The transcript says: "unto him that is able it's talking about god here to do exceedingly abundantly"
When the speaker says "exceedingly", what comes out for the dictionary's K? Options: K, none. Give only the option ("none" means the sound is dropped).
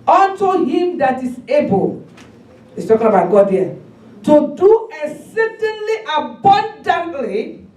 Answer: none